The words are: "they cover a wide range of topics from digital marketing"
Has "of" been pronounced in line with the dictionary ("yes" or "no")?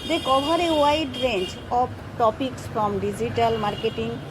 no